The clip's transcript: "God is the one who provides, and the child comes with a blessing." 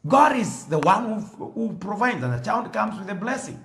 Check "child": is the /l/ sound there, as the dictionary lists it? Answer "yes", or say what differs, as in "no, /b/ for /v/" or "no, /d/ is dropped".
no, /n/ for /l/